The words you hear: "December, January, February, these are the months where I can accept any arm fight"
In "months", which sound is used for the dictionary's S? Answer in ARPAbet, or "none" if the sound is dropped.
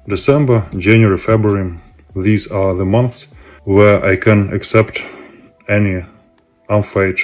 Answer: S